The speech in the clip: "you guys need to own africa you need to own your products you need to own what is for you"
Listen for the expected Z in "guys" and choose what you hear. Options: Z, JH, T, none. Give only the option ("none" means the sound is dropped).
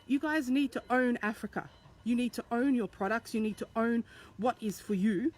Z